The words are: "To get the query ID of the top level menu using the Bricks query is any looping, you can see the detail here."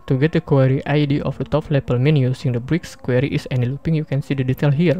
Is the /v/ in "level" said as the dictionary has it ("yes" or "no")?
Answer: no